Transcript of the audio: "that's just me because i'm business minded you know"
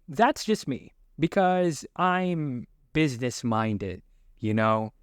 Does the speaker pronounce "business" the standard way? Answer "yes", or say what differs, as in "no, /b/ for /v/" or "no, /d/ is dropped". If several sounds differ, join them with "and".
yes